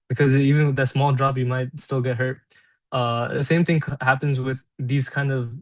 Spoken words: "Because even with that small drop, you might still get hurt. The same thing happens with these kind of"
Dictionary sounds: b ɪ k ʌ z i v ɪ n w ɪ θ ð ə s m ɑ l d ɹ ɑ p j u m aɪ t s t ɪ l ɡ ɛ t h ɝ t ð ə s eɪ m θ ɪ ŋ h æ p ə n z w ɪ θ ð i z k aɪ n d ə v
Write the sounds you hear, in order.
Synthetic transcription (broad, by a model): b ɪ k ʌ z i v ɪ n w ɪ ð ə s m ɑ l d ɹ ɑ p j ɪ m aɪ t s t ɪ l ɡ ɛ t h ɝ t ð ə s eɪ m θ ɪ ŋ h æ p ə n z w ɪ ð i z k aɪ n d ə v